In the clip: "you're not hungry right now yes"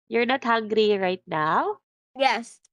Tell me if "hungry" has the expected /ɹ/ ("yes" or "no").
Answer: yes